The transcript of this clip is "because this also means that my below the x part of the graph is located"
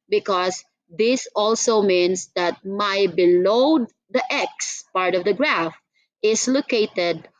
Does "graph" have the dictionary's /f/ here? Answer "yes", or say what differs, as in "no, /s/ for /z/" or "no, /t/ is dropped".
yes